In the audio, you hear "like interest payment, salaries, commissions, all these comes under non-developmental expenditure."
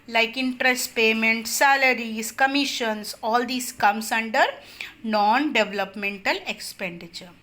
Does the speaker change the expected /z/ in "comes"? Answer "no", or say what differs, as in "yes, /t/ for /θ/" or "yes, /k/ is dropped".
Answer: yes, /s/ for /z/